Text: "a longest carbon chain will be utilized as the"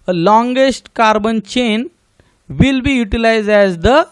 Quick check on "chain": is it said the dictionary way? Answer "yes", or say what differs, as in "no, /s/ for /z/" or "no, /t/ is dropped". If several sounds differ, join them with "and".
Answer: yes